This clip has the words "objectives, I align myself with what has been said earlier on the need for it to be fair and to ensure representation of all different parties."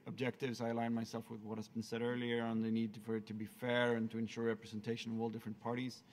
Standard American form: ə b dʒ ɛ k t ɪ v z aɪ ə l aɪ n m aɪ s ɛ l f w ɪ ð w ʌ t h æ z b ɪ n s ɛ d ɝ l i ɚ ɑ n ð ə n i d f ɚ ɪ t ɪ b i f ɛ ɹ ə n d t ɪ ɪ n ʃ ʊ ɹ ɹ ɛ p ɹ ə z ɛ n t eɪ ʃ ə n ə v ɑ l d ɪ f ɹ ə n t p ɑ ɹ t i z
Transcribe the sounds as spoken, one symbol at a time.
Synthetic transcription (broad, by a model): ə b dʒ ɛ k t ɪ v z aɪ ə l aɪ n m aɪ s ɛ l f w ɪ ð w ʌ t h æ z b ɪ n s ɛ d ɝ l i ɚ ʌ n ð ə n i d f ɚ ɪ t ɪ b i f ɛ ɹ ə n t ɪ ɪ n ʃ ʊ ɹ ɹ ɛ p ɹ ə z ɛ n t eɪ ʃ ə n ə v ɑ l d ɪ f ɹ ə n p ɑ ɹ t i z